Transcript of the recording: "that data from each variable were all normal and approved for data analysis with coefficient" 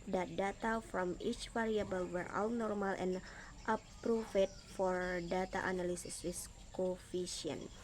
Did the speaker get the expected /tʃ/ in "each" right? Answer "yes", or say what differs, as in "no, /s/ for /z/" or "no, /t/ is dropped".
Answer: yes